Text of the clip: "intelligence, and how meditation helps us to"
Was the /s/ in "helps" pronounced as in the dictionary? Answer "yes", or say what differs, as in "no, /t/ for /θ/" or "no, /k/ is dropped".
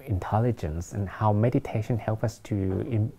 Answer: no, /s/ is dropped